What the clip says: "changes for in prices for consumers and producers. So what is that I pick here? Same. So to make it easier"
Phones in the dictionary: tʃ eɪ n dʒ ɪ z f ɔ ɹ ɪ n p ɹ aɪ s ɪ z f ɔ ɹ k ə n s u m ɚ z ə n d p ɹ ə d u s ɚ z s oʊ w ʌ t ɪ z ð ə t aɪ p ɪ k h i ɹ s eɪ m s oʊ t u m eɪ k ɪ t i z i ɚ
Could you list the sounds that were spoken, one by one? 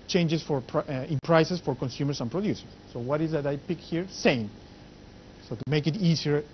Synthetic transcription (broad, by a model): tʃ eɪ n dʒ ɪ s f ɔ ɹ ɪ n p ɹ aɪ s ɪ s f ɔ ɹ k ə n s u m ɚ s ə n p ɹ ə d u s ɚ s oʊ w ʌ t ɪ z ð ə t aɪ p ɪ k h i ɹ s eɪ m s oʊ t u m eɪ k ɪ t i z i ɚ